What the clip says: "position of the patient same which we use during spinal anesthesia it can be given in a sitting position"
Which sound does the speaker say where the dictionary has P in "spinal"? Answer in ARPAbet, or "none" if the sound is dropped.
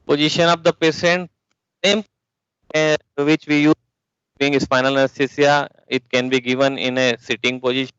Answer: F